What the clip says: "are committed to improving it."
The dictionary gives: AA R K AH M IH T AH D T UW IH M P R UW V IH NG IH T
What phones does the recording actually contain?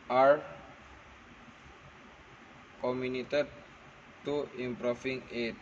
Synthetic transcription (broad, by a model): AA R K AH M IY T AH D T UW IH M P R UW F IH NG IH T